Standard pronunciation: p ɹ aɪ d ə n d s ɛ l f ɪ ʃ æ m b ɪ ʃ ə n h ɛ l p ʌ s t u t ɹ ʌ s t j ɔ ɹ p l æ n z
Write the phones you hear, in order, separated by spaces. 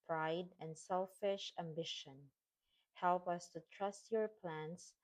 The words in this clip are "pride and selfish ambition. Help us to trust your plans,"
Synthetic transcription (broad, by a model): p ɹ aɪ d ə n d s ɛ l f ɪ ʃ æ m b ɪ ʃ ə n h ɛ l p ʌ s t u t ɹ ʌ s t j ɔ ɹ p l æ n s